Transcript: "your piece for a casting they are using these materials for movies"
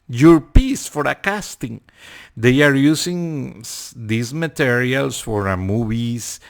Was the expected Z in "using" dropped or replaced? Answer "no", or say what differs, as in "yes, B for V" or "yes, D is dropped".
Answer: yes, S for Z